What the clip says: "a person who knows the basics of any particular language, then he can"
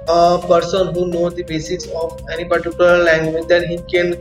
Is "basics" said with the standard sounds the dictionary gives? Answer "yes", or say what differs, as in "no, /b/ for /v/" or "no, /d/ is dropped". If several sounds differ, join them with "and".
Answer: no, /k/ is dropped